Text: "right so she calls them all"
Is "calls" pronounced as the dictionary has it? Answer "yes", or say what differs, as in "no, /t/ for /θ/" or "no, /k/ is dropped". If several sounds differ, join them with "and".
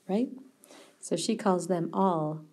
yes